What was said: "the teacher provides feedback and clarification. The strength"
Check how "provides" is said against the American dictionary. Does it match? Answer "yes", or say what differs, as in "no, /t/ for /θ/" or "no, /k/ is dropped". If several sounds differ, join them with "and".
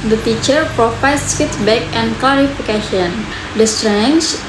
no, /f/ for /v/